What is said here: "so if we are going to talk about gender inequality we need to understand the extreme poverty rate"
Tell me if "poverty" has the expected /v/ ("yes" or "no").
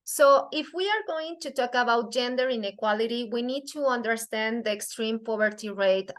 no